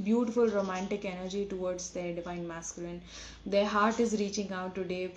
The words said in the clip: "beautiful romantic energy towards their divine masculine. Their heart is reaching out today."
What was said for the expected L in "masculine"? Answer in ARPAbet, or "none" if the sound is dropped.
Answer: L